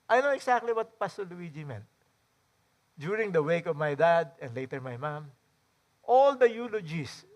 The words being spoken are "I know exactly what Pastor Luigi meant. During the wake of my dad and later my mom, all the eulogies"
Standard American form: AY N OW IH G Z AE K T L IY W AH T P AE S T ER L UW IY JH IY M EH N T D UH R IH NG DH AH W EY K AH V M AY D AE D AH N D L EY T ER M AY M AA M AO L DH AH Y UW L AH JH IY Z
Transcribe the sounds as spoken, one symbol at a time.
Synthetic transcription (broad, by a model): AY N OW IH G S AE K T L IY W AH T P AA S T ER L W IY JH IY M EH N T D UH R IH NG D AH W EY K AH V M AY D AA D AH N D L EY T ER M AY M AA M AO L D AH Y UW L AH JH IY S